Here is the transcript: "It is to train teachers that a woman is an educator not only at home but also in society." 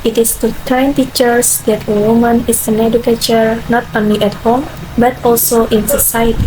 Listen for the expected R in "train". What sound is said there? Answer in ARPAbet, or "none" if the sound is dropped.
none